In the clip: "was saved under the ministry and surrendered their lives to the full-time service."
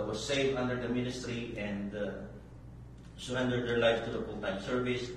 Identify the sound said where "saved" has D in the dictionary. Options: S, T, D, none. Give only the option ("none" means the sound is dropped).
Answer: none